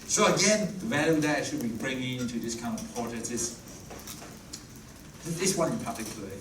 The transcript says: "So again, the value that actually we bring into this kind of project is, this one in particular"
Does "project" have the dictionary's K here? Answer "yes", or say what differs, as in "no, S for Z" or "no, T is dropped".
no, K is dropped